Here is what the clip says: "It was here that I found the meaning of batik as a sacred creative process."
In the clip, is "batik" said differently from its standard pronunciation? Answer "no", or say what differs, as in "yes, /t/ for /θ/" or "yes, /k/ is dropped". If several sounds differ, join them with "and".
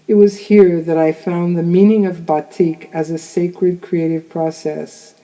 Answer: no